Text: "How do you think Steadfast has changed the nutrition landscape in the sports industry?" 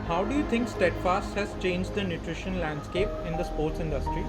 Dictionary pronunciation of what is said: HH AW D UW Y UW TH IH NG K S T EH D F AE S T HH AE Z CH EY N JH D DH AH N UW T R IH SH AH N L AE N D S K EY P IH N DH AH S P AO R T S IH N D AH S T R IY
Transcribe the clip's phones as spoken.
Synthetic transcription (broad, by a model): HH AW D UW Y UW T IH NG K S T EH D F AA S T HH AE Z CH EY N JH D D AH N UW T R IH SH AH N L AE N D S K EY P IH N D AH S P AO R T S IH N D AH S T R IY